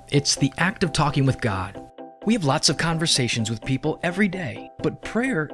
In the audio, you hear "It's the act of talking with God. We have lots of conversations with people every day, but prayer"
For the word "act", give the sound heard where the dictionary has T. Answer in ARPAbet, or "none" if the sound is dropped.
T